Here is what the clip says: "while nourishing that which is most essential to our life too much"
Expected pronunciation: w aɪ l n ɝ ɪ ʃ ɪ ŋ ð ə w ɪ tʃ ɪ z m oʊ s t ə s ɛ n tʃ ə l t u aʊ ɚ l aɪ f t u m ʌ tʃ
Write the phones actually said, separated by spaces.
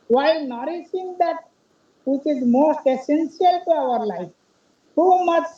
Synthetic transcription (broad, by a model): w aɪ n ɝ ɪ s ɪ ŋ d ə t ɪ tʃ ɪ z m oʊ s t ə s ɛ n s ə l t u aʊ ɚ l aɪ f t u m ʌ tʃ